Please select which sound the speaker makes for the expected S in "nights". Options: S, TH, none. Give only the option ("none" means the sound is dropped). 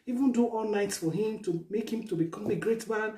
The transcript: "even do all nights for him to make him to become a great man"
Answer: S